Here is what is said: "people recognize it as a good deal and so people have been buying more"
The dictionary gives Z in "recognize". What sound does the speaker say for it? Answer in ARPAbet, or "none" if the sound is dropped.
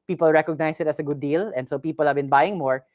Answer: S